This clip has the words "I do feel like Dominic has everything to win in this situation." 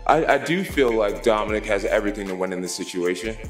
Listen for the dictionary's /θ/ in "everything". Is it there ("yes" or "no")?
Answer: yes